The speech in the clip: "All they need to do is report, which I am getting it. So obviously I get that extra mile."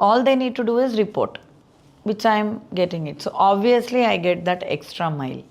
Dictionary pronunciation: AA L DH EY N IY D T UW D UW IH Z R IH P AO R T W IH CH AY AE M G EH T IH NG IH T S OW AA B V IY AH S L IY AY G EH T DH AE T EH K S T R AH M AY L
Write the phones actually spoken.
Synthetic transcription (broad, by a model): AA L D EY N IY D T UW D UW IH Z R IH P AO R T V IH CH AY M G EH T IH NG IH T S OW AA B V IY AH S L IY AY G EH T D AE T EH K S T R AH M AY L